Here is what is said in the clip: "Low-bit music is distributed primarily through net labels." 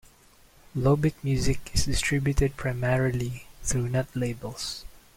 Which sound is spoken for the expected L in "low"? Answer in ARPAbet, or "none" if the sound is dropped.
L